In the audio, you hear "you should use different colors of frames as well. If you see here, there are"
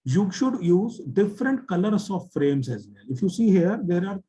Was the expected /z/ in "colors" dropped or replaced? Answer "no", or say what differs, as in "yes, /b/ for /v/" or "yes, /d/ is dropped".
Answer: yes, /s/ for /z/